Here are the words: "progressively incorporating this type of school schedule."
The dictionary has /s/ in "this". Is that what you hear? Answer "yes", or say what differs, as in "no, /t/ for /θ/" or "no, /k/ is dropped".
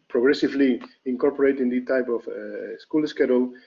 no, /s/ is dropped